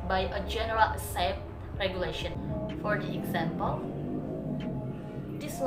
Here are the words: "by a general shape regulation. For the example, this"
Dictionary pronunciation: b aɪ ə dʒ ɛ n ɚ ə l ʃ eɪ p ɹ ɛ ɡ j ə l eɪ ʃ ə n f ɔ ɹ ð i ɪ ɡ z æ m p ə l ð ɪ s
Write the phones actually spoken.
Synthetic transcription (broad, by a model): b aɪ ə dʒ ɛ n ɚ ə l s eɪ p ɹ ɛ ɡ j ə l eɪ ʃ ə n f ɔ ɹ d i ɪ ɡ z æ m p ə l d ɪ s